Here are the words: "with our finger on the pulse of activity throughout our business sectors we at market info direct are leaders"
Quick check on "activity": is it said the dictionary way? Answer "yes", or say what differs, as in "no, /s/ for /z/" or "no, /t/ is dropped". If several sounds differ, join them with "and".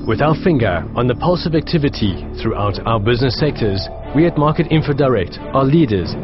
yes